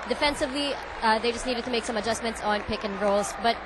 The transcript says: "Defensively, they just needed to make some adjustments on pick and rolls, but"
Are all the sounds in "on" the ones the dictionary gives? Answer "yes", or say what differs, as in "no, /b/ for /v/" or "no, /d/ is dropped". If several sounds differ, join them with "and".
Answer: yes